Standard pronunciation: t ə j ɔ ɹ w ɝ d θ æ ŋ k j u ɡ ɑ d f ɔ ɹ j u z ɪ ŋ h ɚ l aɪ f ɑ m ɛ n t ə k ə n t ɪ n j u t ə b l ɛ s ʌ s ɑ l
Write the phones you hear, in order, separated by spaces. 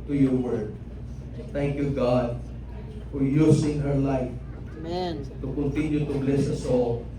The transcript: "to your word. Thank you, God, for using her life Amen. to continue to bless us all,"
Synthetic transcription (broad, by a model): t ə j ɔ ɹ w ɝ d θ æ ŋ k j u ɡ ɑ d f ɔ ɹ j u s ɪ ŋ h ɚ l aɪ f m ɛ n t ə k ə n t ɪ n j u t ə b l ɛ s ʌ s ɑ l